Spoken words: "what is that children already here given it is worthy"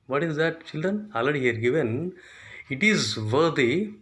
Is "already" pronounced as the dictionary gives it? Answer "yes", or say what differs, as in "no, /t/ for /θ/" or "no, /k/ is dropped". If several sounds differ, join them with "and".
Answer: no, /ɹ/ is dropped